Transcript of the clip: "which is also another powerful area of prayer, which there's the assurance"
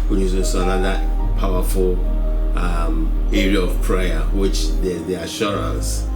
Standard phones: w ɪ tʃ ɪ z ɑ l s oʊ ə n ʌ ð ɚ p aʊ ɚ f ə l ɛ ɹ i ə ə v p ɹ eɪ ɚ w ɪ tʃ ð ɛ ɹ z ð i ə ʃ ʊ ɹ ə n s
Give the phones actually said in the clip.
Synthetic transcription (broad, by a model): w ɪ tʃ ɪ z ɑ s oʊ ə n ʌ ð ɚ p aʊ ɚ f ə l ɛ ɹ i ə ə v p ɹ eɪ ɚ w ɪ tʃ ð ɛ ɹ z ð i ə ʃ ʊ ɹ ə n s